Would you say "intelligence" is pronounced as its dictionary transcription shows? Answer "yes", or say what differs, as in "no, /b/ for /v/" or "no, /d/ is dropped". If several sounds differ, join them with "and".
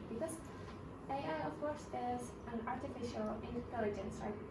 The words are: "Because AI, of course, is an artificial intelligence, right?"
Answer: yes